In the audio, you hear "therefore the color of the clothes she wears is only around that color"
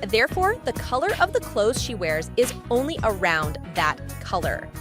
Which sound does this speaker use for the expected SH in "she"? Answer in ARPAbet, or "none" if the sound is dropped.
SH